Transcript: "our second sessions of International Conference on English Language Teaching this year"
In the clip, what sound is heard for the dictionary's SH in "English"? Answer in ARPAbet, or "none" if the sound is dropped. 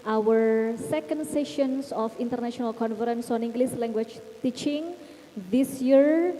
S